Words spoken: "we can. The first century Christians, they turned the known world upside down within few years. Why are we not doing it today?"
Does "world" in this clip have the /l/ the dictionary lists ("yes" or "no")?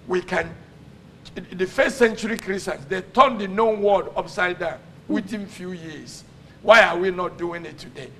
no